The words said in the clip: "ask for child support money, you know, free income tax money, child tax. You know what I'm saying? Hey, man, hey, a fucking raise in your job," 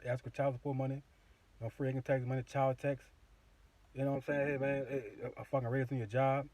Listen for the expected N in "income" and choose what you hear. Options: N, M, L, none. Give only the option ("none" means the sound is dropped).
none